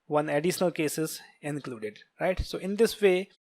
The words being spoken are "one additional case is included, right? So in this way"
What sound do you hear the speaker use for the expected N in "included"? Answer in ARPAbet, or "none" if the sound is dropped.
N